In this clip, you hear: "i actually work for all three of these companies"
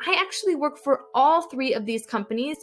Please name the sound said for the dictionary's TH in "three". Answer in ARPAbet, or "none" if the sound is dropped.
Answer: TH